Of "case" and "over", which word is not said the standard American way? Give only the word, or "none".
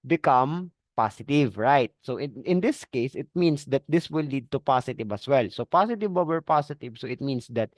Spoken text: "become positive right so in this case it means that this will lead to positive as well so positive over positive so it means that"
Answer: over